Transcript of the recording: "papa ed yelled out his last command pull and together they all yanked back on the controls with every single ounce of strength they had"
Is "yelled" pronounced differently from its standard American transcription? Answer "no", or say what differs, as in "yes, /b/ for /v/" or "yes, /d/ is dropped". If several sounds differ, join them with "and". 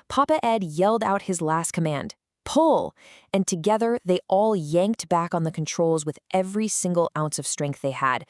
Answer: no